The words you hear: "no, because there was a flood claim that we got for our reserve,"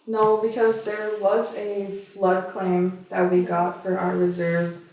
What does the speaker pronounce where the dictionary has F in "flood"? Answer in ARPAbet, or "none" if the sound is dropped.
F